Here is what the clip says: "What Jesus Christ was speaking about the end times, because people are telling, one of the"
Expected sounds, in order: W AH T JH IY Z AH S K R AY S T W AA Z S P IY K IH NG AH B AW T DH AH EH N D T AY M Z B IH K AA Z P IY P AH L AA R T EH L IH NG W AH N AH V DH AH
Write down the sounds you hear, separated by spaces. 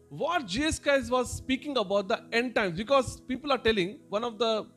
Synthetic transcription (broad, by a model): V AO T JH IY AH S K AY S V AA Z S P IY K IH NG AH B AW T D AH EH N D T AY M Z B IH K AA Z P IY P AH L AA R T EH L IH NG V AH N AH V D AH